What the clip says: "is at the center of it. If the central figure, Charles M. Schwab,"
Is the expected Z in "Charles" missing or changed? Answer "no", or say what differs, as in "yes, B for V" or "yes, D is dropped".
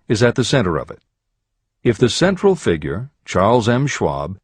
no